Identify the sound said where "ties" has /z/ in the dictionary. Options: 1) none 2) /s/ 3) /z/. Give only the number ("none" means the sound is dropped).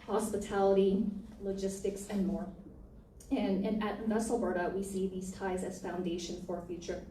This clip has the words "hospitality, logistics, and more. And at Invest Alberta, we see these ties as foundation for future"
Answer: 3